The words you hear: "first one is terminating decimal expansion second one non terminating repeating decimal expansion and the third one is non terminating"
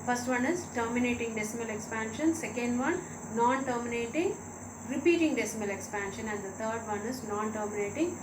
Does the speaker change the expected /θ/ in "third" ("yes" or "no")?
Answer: yes